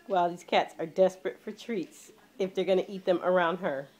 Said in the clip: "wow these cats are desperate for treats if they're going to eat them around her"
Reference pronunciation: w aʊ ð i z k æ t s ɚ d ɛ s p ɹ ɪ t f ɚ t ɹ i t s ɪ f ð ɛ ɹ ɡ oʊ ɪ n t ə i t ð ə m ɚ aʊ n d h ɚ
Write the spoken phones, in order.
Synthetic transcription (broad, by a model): w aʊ ð i z k æ t s ɚ d ɛ s p ɹ ɪ t f ɚ t ɹ i t s ɪ f ð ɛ ɹ ɡ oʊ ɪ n t i t ð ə m ɚ aʊ n d h ɚ